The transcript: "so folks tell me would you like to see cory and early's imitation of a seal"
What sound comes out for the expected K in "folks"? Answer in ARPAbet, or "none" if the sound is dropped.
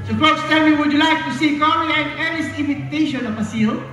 none